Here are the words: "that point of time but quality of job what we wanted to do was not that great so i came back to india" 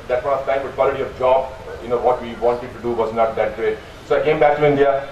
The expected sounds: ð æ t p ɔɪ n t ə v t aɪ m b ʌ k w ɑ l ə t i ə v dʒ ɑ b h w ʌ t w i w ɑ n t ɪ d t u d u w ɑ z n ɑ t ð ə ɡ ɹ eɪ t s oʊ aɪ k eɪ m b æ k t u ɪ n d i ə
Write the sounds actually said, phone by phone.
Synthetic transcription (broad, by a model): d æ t f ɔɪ t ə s t aɪ m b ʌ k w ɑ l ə t i ə v dʒ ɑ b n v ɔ t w i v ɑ n t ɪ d t u d u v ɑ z n ɑ t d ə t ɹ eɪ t s oʊ aɪ k eɪ m b æ k t u ɪ n d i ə